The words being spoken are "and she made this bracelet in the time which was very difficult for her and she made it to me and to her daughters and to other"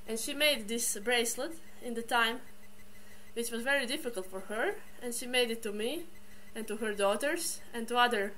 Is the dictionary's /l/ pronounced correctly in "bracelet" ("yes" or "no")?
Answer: yes